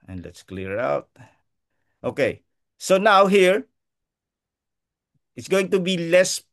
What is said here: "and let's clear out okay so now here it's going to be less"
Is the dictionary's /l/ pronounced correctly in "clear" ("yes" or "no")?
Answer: yes